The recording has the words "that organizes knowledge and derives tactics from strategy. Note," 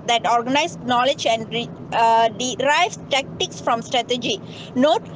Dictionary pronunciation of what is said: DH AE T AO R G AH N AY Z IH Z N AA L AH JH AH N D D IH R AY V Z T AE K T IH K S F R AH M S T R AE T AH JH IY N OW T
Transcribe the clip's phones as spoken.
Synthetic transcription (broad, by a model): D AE T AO R G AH N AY IH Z N AA L AH JH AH N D D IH R AY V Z T AE K T IH K S F R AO M S T R AE T AH JH IY N OW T